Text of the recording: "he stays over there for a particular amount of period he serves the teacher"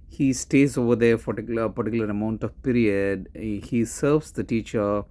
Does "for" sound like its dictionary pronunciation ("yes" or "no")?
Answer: no